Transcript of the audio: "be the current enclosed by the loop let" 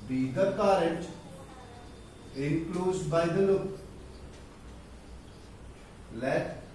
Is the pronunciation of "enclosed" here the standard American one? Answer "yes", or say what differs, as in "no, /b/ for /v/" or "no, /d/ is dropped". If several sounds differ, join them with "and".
no, /n/ is dropped